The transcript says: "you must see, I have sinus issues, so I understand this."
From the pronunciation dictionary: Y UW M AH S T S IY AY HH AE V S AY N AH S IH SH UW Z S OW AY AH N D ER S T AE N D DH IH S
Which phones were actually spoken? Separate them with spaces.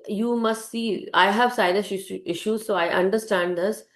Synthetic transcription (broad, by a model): Y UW M AH S T S IY AY HH AE V S AY L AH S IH SH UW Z S OW AY AH N D ER S T AE N D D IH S